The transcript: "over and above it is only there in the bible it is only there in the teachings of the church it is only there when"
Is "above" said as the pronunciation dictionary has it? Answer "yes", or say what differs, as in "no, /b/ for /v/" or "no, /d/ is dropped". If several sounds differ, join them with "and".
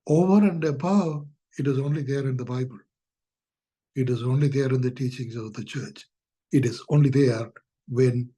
no, /v/ is dropped